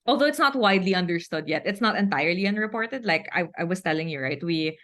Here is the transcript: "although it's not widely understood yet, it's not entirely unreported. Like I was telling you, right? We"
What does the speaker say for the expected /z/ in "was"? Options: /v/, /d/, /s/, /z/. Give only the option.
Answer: /s/